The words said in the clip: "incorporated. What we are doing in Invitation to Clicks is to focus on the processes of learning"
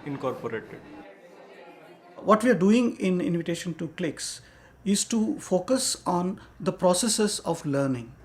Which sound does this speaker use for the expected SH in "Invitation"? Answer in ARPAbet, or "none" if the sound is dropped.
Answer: SH